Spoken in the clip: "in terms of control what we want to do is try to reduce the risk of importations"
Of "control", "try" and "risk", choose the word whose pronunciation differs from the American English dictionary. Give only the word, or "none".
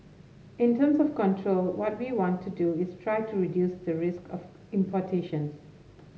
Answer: none